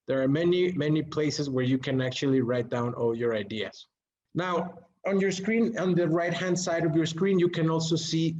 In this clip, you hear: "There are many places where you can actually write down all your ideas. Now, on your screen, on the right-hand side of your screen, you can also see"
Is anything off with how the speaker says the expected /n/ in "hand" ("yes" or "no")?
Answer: no